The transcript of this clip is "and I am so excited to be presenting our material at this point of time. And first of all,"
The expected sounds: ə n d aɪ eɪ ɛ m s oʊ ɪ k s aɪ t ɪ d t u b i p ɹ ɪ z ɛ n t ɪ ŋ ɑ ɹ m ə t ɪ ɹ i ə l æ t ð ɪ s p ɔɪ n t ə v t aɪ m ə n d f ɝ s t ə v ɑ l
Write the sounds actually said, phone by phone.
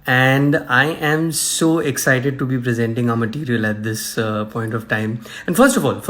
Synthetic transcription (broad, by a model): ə n d aɪ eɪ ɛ m s oʊ ɪ k s aɪ t ɪ d t u b i p ɹ ɪ z ɛ n t ɪ ŋ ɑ m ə t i ɹ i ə l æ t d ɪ s p ɔɪ n t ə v t aɪ m ə n d f ɝ s t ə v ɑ l